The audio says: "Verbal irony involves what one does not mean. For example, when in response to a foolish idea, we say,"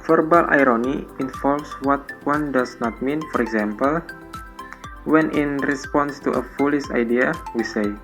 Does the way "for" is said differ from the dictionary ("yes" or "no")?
no